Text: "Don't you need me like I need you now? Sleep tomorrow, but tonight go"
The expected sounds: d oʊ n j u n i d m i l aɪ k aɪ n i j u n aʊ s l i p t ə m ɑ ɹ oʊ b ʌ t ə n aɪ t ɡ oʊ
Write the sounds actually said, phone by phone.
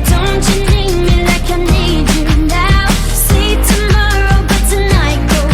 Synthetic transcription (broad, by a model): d oʊ n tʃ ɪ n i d m i l aɪ k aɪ n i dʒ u n aʊ s i t ə m ɑ ɹ oʊ b ʌ t ə n aɪ t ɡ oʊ